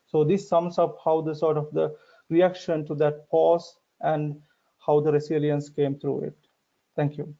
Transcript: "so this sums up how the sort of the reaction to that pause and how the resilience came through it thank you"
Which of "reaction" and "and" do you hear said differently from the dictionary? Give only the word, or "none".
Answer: none